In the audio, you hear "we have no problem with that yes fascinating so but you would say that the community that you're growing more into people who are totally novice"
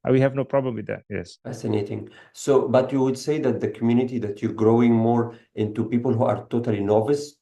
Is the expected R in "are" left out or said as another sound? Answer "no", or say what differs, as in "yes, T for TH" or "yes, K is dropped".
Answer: no